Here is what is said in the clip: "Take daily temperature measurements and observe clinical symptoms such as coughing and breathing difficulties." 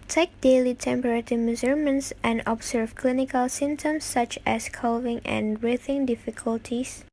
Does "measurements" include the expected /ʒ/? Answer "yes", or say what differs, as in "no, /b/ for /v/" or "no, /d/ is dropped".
no, /z/ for /ʒ/